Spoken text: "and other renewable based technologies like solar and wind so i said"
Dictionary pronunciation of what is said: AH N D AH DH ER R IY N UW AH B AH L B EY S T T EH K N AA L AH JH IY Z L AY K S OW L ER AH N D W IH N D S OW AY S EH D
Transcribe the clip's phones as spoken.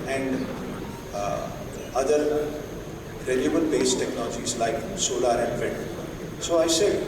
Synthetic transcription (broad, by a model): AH N D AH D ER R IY L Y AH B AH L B EY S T T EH K N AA L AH JH IY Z L AY K S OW L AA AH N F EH D S OW AY S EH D